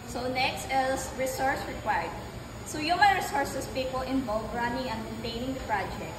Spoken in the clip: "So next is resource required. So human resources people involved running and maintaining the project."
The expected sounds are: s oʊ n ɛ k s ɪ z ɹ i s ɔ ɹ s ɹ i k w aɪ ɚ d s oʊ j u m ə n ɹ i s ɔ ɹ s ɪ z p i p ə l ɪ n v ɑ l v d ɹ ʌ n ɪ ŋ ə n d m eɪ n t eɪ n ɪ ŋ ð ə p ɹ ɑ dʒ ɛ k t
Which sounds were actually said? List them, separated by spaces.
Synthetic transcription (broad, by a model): s oʊ n ɛ k s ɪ s ɹ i s ɔ ɹ s ɹ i k w aɪ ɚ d s oʊ j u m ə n ɹ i s ɔ ɹ s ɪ s p i p ə l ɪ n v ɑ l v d ɹ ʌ n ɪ ŋ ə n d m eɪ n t eɪ n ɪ ŋ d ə p ɹ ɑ dʒ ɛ k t